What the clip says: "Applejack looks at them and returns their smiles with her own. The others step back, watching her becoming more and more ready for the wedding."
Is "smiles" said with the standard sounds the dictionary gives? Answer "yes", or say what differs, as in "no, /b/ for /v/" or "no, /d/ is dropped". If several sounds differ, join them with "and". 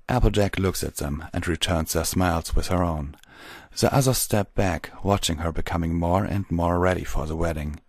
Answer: yes